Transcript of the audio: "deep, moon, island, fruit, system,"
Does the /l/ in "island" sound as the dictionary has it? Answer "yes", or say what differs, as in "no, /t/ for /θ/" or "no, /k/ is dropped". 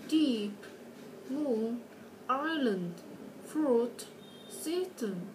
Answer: yes